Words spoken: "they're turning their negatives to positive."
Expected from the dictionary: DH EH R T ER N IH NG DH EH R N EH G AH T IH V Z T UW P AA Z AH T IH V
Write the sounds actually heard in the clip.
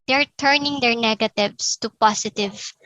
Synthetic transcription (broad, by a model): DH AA R T ER N IH NG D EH R N EH G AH T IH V S T UW P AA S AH T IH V